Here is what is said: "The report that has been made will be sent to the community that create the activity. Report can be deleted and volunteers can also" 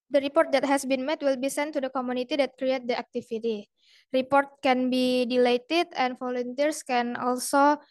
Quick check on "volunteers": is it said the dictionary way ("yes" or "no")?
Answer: no